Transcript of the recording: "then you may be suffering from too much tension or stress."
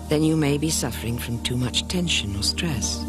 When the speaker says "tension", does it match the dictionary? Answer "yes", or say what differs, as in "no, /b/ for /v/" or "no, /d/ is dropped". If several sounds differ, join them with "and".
yes